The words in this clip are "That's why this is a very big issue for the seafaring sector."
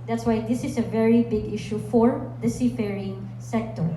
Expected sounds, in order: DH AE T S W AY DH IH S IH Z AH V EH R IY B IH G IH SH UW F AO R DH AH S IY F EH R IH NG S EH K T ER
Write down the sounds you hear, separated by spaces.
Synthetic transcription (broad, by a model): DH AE T S W AY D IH S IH S AH V EH R IY B IH G IH SH UW F AO R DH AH S IY F EH R IH NG S EH K T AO